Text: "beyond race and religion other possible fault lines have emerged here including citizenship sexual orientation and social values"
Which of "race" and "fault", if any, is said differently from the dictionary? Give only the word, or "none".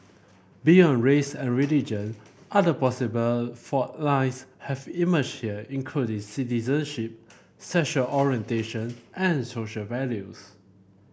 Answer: fault